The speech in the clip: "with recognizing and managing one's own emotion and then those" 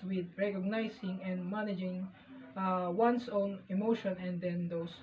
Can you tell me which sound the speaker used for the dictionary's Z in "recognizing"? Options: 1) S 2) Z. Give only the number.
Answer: 1